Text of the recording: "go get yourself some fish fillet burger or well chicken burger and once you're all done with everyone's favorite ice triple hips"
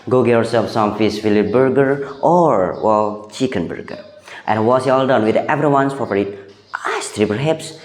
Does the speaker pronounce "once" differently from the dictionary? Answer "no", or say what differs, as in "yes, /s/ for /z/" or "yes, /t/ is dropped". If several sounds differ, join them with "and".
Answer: yes, /n/ is dropped